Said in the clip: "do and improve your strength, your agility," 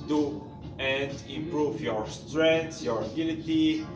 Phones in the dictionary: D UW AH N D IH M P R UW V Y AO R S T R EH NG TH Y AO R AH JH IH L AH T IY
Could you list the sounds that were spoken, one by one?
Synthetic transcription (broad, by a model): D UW AH N D IH M P R UW V Y AO R S T R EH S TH Y AO R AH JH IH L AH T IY